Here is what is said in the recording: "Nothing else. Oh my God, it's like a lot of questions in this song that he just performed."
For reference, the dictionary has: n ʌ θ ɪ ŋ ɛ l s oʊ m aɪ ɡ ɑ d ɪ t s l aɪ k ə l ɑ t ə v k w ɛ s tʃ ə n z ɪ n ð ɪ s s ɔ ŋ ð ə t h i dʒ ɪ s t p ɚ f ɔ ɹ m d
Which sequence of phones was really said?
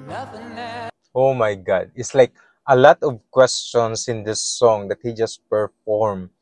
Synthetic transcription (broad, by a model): oʊ m aɪ ɡ ɑ d ɪ t s l aɪ k ə l ɑ t ə v k w ɛ s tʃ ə n s ɪ n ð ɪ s s ɔ ŋ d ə t h i dʒ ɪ s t p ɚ f ɔ ɹ m